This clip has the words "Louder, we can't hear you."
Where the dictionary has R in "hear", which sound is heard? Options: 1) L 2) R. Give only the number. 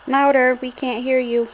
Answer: 2